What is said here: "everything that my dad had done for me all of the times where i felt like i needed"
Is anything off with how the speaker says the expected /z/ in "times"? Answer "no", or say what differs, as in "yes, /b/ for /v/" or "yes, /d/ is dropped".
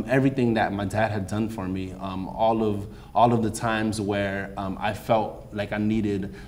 no